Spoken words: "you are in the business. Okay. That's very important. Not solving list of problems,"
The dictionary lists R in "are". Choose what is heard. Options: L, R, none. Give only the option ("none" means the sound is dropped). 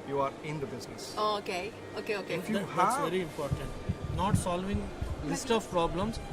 R